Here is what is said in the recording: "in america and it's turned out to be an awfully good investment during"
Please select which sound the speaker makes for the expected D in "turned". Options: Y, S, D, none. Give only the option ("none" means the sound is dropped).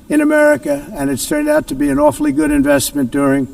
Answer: D